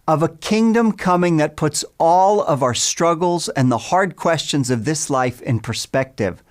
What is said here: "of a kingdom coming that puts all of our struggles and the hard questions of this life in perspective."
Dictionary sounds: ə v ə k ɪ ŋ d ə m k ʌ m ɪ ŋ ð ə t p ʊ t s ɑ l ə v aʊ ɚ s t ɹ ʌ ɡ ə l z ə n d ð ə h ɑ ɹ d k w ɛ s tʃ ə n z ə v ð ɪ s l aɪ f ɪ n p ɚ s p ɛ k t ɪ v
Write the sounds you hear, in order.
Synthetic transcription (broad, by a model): ə v ə k ɪ ŋ d ə m k ʌ m ɪ ŋ ð ə t p ʊ t s ɑ l ə v aʊ ɚ s t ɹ ʌ ɡ l z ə n ð ə h ɑ ɹ d k w ɛ s tʃ ə n z ə v ð ɪ s l aɪ f ɪ n p ɚ s p ɛ k t ɪ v